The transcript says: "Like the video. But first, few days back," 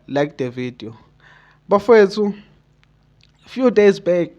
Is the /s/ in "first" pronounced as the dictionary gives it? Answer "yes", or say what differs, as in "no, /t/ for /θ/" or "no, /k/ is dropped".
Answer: no, /s/ is dropped